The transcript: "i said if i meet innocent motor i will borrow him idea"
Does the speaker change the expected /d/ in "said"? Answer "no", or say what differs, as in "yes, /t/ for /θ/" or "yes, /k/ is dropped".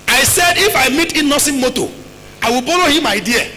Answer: no